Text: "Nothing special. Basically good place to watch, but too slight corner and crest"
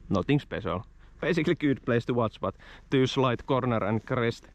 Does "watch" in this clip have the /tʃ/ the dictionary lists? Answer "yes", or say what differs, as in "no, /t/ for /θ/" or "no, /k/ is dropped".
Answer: no, /s/ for /tʃ/